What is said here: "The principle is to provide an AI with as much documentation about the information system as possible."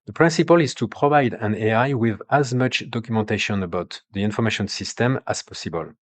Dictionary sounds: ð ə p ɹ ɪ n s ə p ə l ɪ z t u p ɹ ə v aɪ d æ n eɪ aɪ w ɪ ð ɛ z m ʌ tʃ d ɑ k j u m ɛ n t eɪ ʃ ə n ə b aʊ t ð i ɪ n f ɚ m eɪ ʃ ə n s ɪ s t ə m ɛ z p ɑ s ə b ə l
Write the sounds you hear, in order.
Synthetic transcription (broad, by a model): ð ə p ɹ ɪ n s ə p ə l ɪ z t u p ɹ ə v aɪ d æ n eɪ aɪ w ɪ ð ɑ z m ʌ tʃ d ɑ k j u m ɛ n t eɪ ʃ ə n ə b aʊ t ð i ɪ n f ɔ m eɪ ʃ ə n s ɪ s t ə m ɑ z p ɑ s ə b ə l